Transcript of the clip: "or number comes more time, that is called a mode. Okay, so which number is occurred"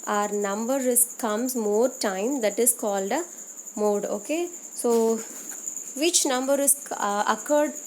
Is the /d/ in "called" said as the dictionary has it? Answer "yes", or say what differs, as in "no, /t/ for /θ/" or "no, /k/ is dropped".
yes